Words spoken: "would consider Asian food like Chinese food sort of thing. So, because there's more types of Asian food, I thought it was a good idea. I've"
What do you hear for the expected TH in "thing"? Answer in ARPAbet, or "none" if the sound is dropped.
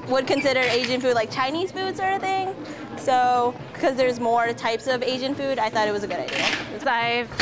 TH